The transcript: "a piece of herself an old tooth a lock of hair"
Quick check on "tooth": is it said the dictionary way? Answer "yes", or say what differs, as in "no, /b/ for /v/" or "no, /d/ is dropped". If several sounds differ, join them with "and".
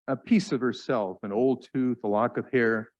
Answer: yes